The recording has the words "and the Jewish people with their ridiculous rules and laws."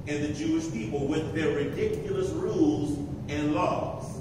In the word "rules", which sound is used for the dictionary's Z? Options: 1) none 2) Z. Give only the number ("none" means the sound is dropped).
2